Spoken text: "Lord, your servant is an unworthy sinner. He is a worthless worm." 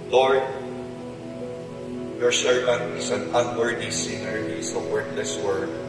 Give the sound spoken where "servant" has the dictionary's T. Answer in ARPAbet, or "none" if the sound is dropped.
none